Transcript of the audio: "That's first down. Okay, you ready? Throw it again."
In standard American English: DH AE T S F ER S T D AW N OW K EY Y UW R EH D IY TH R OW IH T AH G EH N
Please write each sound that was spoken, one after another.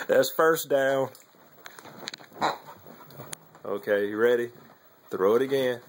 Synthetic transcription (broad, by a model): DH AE T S F ER S D AW N OW K EY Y R EH D IY TH R OW IH T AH G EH N